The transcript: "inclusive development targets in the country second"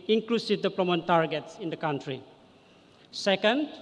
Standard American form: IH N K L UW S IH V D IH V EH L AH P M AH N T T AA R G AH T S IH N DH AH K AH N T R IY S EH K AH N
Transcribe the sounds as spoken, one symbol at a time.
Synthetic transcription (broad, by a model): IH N K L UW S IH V D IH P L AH M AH N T T AA R G AH T S IH N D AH K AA N T R IY S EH K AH N